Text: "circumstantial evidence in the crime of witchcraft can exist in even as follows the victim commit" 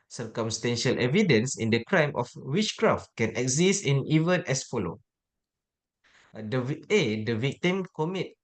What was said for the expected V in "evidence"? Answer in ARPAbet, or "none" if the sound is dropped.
V